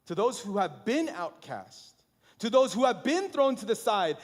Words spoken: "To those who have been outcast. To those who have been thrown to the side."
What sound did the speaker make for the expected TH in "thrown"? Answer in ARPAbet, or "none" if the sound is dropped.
TH